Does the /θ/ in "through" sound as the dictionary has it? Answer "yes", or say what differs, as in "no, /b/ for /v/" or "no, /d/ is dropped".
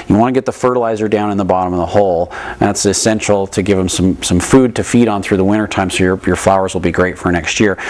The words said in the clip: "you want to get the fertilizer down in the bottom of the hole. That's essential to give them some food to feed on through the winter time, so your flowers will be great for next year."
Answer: yes